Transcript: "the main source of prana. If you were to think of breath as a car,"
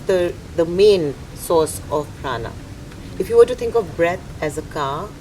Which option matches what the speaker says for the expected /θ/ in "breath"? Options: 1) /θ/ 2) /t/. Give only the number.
2